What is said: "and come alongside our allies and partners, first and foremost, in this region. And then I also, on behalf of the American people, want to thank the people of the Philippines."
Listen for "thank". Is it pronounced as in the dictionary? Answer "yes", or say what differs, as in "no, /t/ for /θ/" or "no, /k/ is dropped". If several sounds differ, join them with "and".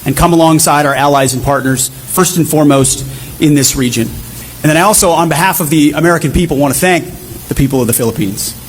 yes